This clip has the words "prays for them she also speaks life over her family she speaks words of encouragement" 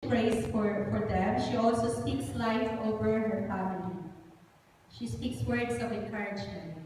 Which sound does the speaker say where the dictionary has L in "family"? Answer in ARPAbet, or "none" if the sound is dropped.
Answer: N